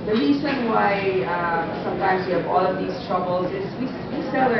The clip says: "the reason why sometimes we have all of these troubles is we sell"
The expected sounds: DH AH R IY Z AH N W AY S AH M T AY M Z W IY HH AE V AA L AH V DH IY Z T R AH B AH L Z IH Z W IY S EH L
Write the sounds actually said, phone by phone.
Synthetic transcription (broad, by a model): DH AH R IY Z AH N W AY S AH M T AY M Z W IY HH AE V AA L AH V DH IY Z T R AH B AH L Z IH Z W IY S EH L